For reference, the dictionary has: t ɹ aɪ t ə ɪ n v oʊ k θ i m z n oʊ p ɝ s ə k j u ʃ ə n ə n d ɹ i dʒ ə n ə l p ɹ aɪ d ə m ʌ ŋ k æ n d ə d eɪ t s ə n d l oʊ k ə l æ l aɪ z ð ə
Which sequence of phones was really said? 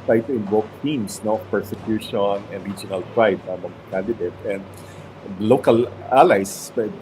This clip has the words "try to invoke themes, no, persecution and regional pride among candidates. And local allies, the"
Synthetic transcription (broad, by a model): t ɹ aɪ t ə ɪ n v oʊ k t i m s n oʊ p ɝ s ə k j u ʃ ə n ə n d ɹ i dʒ ə n ə l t ɹ aɪ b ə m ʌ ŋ k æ n d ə d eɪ t ə n d l oʊ k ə l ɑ l aɪ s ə